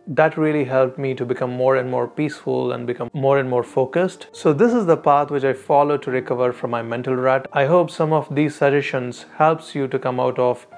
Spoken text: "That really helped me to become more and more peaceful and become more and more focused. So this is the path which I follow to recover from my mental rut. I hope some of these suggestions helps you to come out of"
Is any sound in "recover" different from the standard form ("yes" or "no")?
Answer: no